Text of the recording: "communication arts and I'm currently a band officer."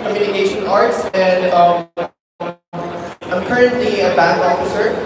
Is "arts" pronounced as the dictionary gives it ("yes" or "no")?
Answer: yes